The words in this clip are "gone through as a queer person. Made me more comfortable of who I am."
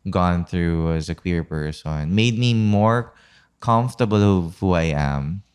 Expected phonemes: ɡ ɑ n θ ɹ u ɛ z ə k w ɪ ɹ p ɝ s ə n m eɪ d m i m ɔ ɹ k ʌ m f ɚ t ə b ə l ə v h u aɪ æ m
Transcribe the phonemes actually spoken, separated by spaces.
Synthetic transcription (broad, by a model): ɡ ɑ n θ ɹ u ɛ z ə k w ɪ ɹ p ɝ s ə n m eɪ d m i m ɔ ɹ k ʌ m f t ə b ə l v h u aɪ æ m